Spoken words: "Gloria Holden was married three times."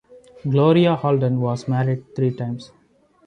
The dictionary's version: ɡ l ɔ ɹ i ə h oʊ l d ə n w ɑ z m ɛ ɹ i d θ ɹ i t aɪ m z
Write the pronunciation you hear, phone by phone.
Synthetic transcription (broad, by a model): ɡ l ɔ ɹ i ə h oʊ l d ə n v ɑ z m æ ɹ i d t ɹ i t aɪ m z